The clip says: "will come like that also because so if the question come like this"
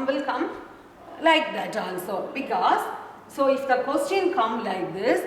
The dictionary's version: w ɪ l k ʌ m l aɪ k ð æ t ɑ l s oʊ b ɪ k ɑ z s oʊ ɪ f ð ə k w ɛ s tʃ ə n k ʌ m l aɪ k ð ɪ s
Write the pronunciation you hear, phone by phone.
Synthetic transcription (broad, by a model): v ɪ l k ʌ m l aɪ k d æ t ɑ n s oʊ b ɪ k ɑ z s oʊ ɪ f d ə k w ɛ s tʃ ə n k ʌ m l aɪ k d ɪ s